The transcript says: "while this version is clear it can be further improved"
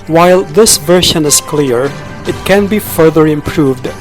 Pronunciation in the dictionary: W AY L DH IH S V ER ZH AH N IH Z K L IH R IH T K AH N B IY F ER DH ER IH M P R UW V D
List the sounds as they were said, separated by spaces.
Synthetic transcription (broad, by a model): W AY L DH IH S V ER SH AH N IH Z K L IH R IH T K AH N B IY F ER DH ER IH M P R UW V D